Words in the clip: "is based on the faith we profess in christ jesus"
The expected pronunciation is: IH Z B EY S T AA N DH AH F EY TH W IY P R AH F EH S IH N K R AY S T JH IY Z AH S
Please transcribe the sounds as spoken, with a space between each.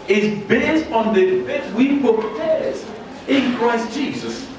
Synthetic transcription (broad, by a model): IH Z B EY S T AA N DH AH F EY S W IY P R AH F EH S IH N K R AY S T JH IY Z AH S